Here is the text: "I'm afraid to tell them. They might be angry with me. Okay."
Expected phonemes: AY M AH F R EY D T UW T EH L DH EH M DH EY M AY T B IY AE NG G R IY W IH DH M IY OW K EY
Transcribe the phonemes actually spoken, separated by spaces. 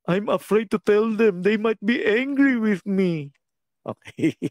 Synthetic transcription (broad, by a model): AY M AH F R EY D T UW T EH L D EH M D EY M AY T B IY AE NG G R IY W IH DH M IY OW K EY